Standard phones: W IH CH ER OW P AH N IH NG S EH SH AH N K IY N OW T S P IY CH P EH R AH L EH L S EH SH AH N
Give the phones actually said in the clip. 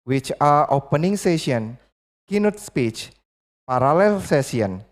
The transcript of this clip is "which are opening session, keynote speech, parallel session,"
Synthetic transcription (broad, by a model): W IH CH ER OW P AH N IH NG S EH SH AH N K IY N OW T S P IY CH P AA R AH L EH L S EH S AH N